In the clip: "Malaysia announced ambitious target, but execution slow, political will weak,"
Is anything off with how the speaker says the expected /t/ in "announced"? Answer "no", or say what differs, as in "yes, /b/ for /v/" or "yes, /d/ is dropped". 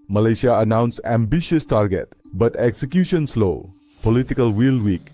yes, /t/ is dropped